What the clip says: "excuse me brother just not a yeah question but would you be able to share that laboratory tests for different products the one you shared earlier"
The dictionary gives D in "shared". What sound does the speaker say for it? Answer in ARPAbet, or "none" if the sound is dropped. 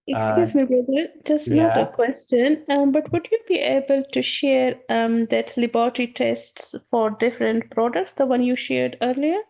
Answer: D